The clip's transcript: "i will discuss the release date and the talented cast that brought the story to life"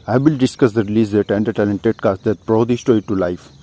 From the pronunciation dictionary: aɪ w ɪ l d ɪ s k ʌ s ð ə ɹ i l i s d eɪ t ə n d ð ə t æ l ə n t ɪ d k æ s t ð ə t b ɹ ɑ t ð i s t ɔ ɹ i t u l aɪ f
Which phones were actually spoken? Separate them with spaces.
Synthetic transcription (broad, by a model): aɪ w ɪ l d ɪ s k ʌ s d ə ɹ i l i s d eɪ t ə n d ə t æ l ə n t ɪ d k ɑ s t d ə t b ɹ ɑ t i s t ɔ i t u l aɪ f